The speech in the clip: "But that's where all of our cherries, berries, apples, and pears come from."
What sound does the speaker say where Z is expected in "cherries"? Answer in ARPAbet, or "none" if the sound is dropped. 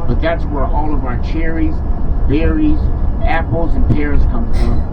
Z